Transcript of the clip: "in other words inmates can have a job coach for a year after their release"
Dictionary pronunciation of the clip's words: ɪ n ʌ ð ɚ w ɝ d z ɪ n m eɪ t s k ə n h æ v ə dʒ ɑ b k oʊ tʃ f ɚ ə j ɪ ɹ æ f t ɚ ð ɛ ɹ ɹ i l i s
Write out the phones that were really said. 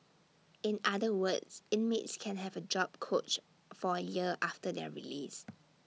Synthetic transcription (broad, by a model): ɪ n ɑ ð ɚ w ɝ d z ɪ n m eɪ t s k ə n h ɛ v ə dʒ ɑ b k oʊ tʃ f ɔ ə j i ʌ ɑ f t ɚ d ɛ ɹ ɹ i l i s